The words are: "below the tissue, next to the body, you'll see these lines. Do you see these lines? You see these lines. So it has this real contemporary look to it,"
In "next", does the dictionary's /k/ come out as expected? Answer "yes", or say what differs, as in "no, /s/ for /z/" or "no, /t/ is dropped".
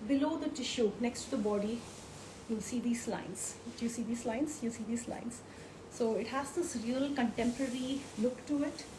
yes